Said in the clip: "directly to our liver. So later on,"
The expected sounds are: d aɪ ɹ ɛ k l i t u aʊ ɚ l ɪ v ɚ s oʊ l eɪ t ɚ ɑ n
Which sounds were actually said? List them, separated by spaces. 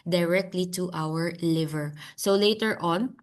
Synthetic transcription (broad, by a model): d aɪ ɹ ɛ k l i t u aʊ ɚ l ɪ v ɚ s oʊ l eɪ t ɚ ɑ n